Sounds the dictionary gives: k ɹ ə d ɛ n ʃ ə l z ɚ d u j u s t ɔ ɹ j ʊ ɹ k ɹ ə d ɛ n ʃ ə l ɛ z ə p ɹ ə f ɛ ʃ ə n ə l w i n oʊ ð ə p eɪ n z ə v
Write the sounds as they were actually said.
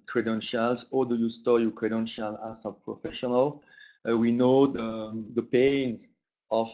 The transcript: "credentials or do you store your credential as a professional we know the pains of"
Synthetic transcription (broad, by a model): k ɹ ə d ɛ n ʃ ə l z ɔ d u j u s t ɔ j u k ɹ ə d ɛ n ʃ ə l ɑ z ə p ɹ ə f ɛ ʃ ə n ə l w i n oʊ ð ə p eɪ n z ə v